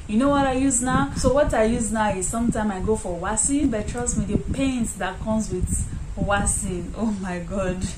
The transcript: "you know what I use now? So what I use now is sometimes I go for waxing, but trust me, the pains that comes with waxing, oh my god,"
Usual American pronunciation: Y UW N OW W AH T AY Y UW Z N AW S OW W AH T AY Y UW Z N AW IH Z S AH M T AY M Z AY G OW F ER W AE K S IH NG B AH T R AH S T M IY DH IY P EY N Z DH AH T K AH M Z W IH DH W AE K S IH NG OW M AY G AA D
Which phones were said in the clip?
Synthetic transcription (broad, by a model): Y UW N OW W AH T AY Y UW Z N AW S OW W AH T AY Y UW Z N AW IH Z S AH M T AY M AY G OW F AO W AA S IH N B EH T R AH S M IY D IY P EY N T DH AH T K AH M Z W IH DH W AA S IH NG OW M AY G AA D